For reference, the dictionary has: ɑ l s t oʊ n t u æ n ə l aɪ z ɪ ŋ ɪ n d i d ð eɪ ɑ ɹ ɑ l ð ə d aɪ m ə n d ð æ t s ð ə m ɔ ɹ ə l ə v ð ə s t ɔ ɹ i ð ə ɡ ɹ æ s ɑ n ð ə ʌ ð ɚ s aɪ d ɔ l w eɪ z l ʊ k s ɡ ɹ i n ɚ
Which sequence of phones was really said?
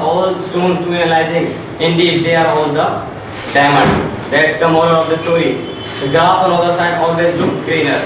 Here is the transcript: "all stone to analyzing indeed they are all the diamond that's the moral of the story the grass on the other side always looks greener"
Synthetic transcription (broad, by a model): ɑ l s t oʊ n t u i ə l aɪ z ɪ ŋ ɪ n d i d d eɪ ɑ ɹ ɑ l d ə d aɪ m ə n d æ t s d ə m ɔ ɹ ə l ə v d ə s t ɔ ɹ i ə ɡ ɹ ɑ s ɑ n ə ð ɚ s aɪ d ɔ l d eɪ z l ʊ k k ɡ ɹ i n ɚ